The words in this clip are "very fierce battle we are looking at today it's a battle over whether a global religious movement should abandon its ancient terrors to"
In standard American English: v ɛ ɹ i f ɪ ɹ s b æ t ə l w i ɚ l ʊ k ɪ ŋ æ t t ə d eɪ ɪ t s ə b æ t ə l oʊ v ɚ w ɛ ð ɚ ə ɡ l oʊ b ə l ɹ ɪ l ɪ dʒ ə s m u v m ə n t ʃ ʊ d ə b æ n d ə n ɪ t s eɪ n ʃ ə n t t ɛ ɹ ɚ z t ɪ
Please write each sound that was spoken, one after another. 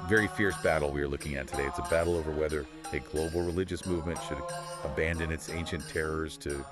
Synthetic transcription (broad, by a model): v ɛ ɹ i f ɪ ɹ s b æ t l w i ɚ l ʊ k ɪ ŋ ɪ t t ə d eɪ ɪ t s ə b æ t l oʊ v ɚ w ɛ ð ɚ ə ɡ l oʊ b l ɹ ɪ l ɪ dʒ ə s m u v m ə n t ʃ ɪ d ə b æ n d ə n ɪ t s eɪ n ʃ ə n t t ɛ ɹ ɚ z t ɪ